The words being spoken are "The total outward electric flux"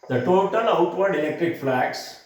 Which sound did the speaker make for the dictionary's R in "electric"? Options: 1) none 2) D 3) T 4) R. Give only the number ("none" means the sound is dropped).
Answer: 4